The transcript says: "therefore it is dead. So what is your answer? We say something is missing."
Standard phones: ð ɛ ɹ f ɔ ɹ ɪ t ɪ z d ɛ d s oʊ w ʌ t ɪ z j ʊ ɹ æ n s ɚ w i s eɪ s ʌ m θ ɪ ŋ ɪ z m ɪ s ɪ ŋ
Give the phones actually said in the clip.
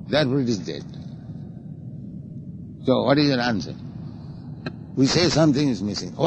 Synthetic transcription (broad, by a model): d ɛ ɹ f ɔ ɹ ɪ t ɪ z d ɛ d s oʊ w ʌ t ɪ z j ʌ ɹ æ n s ɚ w i s eɪ s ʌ m t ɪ ŋ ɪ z m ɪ s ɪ ŋ